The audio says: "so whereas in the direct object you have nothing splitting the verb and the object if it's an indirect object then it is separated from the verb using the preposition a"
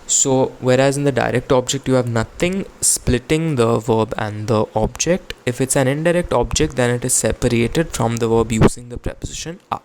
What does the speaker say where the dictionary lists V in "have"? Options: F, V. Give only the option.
V